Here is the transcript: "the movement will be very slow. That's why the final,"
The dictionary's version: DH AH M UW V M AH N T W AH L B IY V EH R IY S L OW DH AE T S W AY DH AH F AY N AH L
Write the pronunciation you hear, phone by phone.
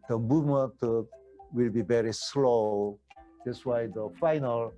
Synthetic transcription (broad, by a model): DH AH M UW V M AH N T W AH L B IY V EH R IY S L OW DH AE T S W AY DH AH F AY N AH L